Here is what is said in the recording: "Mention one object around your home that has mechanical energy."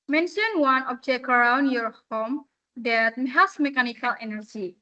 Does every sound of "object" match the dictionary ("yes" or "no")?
no